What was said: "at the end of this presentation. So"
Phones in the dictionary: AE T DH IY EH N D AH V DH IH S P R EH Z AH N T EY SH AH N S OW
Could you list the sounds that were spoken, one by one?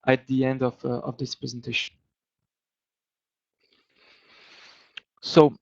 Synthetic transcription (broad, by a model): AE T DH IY EH N D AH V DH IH S P R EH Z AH N T EY SH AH N S OW